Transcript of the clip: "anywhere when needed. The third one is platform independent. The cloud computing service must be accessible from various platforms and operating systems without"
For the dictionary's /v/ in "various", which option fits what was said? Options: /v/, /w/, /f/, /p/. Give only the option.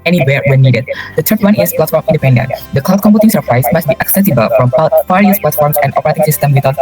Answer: /f/